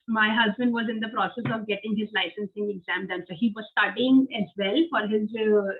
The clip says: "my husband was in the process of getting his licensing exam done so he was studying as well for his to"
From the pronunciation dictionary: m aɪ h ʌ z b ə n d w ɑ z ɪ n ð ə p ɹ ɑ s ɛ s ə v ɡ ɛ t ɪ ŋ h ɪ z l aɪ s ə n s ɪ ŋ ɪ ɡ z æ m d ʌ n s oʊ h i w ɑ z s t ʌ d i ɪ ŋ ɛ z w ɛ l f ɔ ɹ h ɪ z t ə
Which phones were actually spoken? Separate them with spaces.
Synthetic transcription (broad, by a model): m aɪ h ʌ z b ə n d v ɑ z ɪ n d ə p ɹ ɑ s ɛ s ə v ɡ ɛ t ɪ ŋ h ɪ z l aɪ s ə n s ɪ ŋ ɪ ɡ z æ m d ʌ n s oʊ h i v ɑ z s t ʌ d i ɪ ŋ ɛ z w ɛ l f ɔ ɹ h ɪ z